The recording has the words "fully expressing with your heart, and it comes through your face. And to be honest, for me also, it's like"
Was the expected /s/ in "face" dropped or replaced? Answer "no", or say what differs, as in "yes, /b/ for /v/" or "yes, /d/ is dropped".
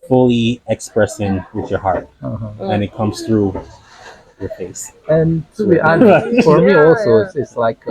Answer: no